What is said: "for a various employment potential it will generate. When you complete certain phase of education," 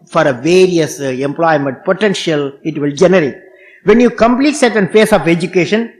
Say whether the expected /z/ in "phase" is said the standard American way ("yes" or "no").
no